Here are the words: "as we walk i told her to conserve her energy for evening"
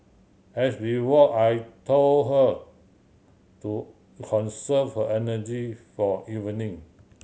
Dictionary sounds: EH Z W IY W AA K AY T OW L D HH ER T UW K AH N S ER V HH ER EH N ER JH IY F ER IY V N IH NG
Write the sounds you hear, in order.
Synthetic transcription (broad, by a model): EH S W IY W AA AY T OW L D HH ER T UW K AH N S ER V HH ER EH N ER JH IY F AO IY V N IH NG